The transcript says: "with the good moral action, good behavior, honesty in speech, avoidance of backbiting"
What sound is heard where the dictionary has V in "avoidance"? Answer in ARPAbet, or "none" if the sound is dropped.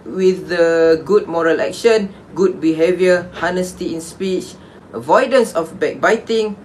V